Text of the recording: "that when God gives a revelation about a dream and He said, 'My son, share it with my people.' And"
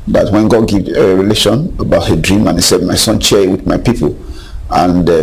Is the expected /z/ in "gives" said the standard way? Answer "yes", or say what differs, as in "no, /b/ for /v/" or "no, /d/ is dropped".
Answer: no, /z/ is dropped